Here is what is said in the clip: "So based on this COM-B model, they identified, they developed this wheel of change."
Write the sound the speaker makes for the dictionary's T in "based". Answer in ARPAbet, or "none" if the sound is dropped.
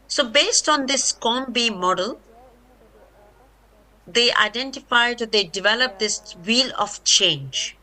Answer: T